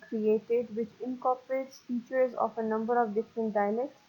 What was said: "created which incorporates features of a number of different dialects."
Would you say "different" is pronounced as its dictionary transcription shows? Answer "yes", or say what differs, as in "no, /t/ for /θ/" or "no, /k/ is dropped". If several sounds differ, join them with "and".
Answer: yes